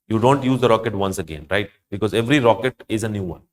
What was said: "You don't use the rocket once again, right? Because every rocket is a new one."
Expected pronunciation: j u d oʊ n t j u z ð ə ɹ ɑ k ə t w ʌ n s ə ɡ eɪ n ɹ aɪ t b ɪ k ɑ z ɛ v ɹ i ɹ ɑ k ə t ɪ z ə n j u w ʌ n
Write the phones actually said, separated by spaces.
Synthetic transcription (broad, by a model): j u d oʊ n t j u z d ə ɹ ɑ k ə t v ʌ n s ə ɡ eɪ n ɹ aɪ t b ɪ k ɑ z ɛ v ɹ i ɹ ɑ k ə t ɪ z ə n j u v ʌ n